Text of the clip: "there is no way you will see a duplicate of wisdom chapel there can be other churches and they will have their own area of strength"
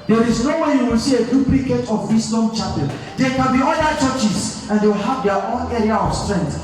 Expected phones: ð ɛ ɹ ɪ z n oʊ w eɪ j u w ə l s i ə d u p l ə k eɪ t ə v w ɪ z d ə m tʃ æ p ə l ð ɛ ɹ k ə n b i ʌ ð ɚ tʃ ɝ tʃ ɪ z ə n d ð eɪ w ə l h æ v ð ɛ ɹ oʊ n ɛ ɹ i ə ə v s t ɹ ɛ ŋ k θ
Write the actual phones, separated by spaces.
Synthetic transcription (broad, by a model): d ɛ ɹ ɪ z n oʊ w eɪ j u w ə l s i ə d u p l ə k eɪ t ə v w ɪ s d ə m tʃ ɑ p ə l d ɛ k ə n b i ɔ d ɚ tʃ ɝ tʃ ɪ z ə n d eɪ w ə l h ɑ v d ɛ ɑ oʊ n ɛ ɹ i ə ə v s t ɹ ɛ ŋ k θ